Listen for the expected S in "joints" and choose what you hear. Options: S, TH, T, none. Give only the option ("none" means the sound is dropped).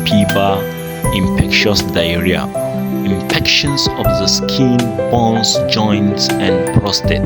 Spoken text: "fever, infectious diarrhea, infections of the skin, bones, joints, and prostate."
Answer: none